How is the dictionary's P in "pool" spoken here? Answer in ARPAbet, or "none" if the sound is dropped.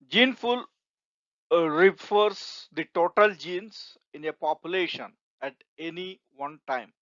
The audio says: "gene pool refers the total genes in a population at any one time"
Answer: F